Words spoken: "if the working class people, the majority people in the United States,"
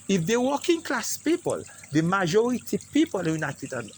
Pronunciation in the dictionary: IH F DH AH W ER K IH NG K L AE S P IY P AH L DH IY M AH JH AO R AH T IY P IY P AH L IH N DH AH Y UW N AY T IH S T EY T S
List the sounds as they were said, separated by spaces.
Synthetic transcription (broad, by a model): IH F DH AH W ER K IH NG K L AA S P IY P AH L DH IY M AH JH AO R AH T IY P IY P AH L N Y UW N AY T IH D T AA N